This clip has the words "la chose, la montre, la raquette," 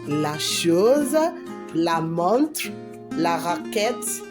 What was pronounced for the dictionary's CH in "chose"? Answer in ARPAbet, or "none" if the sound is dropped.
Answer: SH